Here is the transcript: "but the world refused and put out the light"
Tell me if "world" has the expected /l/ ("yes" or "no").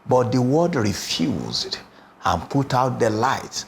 no